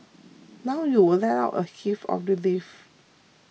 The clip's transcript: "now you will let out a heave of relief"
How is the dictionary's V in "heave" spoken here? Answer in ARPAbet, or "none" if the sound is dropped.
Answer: F